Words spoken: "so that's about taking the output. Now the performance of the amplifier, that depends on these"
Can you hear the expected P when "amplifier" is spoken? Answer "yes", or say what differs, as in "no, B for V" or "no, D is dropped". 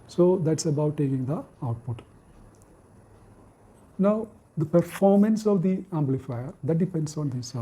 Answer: no, B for P